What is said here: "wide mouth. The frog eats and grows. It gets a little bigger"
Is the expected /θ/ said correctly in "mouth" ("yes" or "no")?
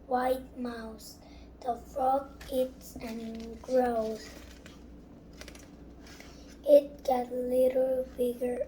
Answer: no